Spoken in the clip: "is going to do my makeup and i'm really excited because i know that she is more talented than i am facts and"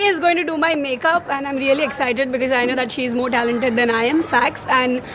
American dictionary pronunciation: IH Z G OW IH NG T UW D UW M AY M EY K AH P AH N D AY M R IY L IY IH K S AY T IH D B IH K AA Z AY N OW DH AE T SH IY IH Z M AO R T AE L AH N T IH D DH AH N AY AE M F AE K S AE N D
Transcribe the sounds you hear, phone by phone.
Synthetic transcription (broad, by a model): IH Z G OW IH NG T UW D UW M AY M EY K AH P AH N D AY M R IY L IY IH K S AY T IH D B IH K AA Z AY N OW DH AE T SH IY IH Z M AO R T AE L AH N T IH D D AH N AY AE M F AE K S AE N D